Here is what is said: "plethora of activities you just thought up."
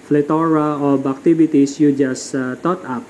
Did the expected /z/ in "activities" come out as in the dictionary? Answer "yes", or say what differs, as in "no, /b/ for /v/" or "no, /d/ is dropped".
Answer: no, /s/ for /z/